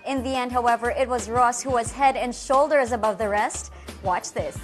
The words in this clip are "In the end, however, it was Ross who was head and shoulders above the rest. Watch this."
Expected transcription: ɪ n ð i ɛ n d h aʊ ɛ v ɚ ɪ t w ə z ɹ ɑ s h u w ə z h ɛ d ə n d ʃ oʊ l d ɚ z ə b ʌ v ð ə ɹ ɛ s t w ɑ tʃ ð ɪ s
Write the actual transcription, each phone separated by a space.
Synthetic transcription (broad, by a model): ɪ n ð i ɛ n d h aʊ ɛ v ɚ ɪ t w ə z ɹ ɑ s h u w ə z h ɛ d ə n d ʃ oʊ l d ɚ z ə b ʌ v ð ə ɹ ɛ s t w ɑ tʃ ð ɪ s